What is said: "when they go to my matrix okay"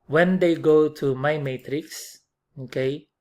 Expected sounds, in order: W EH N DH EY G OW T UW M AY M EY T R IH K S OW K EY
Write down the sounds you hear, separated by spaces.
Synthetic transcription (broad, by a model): W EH N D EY G OW T UW M AY M EY T R IH K S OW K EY